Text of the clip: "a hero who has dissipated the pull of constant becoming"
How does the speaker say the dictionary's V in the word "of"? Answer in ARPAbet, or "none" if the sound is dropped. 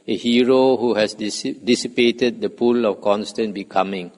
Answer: F